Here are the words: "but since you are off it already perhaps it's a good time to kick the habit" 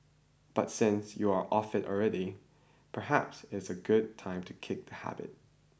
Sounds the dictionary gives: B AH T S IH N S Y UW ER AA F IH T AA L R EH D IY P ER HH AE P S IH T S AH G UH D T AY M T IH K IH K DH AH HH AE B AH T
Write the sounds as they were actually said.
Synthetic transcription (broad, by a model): B AH T S IH N S Y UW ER AA F IH T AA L R EH D IY P ER HH AE P S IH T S AH G UH D T AY M T IH K IH K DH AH HH AE B AH T